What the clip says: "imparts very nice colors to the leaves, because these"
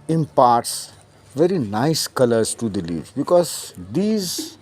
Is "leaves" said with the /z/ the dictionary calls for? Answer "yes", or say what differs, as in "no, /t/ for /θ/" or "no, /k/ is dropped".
no, /z/ is dropped